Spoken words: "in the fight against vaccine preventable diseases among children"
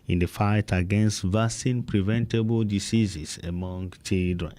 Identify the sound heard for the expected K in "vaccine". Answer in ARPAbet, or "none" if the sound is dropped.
none